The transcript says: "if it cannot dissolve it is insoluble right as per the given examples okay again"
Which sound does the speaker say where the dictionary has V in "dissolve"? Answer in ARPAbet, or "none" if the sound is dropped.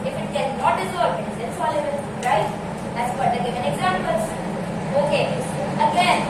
none